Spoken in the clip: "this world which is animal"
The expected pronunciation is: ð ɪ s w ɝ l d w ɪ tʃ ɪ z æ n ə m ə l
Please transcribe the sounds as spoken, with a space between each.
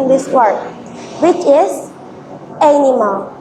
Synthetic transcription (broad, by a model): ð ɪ s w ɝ d w ɪ tʃ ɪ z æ n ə m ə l